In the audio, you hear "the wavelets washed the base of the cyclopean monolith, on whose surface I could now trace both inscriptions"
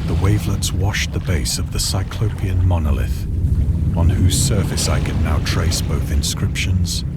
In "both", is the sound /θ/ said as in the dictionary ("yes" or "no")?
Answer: yes